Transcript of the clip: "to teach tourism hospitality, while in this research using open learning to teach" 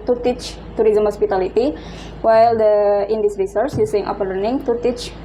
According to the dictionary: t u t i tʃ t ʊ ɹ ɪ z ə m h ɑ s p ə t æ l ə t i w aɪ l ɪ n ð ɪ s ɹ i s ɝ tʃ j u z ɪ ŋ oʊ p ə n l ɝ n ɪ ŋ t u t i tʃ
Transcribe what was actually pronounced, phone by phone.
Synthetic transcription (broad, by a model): t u t i tʃ t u ɹ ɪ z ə m h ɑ s p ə t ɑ l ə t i w aɪ l ɪ n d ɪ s ɹ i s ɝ s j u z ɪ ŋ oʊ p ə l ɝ n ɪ ŋ t u t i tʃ